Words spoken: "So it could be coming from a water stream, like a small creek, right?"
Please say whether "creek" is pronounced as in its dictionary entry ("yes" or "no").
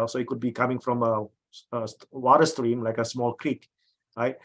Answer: yes